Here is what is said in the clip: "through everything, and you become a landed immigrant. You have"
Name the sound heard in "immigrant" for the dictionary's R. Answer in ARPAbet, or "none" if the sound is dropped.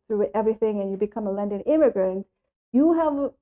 R